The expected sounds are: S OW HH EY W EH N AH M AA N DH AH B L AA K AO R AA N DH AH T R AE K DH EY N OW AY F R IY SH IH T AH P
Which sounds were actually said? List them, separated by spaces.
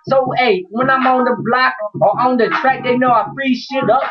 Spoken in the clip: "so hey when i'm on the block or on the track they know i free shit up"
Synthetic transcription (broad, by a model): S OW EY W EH N AH M AA N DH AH B L AA K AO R AA N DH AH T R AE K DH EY N OW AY P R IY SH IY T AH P